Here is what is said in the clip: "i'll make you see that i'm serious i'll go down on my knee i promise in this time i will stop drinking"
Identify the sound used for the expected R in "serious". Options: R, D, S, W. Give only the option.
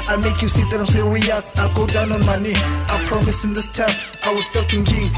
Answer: W